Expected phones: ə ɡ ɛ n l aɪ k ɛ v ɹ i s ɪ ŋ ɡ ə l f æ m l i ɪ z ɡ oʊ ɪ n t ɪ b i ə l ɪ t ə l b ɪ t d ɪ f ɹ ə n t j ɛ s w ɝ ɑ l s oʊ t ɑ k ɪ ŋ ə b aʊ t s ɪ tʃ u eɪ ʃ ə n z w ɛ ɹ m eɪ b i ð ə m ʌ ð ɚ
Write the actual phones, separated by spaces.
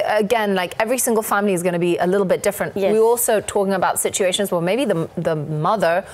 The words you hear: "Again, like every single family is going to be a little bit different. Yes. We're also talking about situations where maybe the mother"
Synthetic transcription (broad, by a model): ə ɡ ɛ n l aɪ k ɛ v ɹ i s ɪ ŋ ɡ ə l f æ m l i ɪ z ɡ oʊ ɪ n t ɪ b i ə l ɪ t l b ɪ t d ɪ f ɹ ə n t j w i ɑ l s oʊ t ɑ k ɪ ŋ ə b aʊ t s ɪ tʃ u eɪ ʃ ə n z w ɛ m eɪ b i ð ə m ʌ ð ɚ